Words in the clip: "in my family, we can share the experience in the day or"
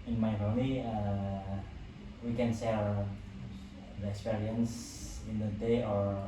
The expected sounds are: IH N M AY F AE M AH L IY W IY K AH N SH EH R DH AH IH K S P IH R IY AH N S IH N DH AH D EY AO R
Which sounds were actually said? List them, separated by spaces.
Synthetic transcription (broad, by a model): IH N M AY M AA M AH IY W IY K AH N S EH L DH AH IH K S P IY R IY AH N S IH N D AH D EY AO R